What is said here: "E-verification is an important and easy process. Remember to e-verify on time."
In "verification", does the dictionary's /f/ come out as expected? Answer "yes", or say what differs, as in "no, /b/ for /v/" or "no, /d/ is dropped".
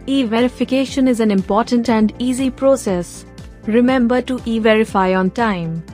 yes